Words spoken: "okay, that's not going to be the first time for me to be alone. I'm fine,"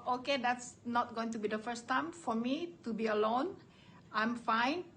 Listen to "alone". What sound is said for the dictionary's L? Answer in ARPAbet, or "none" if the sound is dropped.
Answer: L